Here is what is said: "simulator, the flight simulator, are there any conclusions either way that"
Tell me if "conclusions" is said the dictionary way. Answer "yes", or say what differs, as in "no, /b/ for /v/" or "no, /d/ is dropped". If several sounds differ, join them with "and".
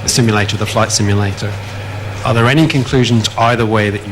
yes